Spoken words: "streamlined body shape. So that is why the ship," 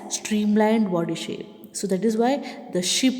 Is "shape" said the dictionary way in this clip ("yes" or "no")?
yes